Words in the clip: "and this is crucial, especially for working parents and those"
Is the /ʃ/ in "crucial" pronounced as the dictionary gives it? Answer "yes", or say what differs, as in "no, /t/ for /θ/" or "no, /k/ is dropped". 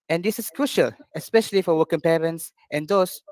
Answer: yes